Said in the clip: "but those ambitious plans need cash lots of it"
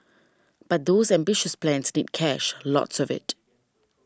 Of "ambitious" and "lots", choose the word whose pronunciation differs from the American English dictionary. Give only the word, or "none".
none